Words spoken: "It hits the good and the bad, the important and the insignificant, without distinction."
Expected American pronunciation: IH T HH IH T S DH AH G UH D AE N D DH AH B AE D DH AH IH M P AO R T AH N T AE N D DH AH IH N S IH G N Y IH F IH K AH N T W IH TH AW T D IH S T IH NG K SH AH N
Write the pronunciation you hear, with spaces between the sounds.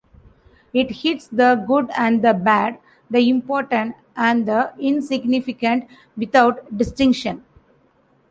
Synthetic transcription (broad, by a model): IH T HH IH T S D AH G UH D AE N D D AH B AE D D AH IH M P AO R T AH N T AE N D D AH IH N S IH G N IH F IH K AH N T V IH T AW T D IH S T IH NG K SH AH N